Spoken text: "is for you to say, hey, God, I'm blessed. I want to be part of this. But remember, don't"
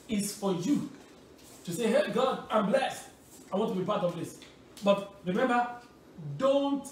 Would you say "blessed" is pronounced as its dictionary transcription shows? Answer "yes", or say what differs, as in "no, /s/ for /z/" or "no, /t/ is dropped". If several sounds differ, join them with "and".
yes